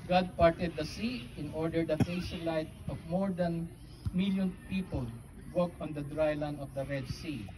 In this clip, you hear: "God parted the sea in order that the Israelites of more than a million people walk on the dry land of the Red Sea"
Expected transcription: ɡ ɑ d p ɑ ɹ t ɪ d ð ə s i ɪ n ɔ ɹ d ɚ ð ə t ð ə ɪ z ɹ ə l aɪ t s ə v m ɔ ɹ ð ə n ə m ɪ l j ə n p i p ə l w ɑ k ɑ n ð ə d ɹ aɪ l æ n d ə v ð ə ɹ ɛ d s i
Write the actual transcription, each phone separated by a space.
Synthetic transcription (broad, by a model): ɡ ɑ d p ɑ ɹ t ɪ d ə s i ɪ n ɔ ɹ d ɚ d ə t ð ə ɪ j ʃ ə l aɪ t ə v m ɔ ɹ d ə n m ɪ l j ə n p i p ə l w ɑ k ɑ n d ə d ɹ aɪ l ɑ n ə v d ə ɹ ɛ d s i